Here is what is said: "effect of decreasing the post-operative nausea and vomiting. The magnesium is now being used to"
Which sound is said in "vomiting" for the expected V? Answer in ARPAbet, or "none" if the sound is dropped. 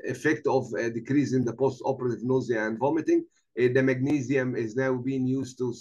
V